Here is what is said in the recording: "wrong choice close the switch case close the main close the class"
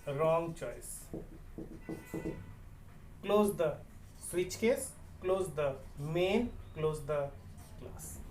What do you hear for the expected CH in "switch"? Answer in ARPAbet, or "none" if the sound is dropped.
CH